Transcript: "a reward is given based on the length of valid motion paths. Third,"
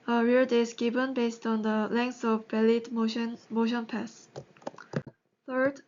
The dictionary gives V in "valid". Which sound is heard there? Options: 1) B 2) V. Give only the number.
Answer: 1